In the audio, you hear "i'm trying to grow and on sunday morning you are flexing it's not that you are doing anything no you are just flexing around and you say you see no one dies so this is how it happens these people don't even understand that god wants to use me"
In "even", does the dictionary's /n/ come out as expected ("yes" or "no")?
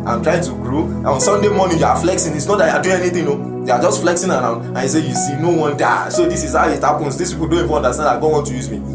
no